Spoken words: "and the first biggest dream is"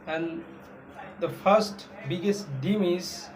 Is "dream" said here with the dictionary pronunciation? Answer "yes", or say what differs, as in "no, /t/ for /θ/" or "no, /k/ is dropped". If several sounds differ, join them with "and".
no, /ɹ/ is dropped